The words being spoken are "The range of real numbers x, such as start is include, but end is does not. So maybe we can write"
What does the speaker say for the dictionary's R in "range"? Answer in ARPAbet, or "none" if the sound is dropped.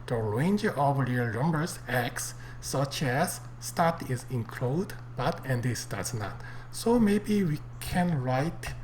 R